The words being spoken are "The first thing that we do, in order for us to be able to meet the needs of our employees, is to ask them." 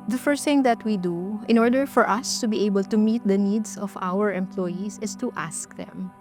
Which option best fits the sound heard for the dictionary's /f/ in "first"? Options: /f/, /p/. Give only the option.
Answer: /f/